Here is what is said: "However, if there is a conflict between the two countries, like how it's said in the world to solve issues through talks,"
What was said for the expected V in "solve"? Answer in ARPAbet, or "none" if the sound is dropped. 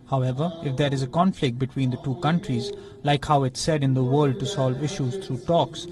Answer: V